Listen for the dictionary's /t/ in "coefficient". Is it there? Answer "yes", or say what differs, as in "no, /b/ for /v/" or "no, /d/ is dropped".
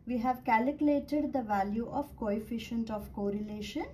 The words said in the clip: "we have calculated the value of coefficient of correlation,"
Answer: yes